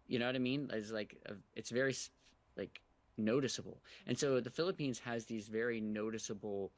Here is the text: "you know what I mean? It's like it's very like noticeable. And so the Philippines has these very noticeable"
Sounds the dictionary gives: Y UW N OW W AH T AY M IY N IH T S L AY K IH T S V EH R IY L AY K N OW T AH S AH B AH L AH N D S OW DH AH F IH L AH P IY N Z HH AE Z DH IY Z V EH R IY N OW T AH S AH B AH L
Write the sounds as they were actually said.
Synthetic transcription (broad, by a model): Y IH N OW W AH T AY M IY N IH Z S L AY K IH T S V EH R IY L AY K N OW T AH S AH B L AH N S OW DH AH F IH L AH P IY N Z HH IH Z DH IY Z V EH R IY N OW T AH S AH B L